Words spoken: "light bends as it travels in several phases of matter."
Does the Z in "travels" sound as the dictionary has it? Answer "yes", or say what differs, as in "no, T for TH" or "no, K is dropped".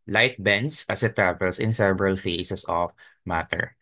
no, S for Z